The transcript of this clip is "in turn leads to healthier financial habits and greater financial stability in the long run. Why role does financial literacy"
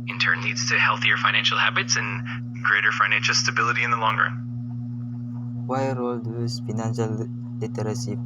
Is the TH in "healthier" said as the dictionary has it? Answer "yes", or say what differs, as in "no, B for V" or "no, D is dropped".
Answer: yes